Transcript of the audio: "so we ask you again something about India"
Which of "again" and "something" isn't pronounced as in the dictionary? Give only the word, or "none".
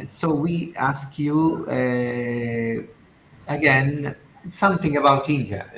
none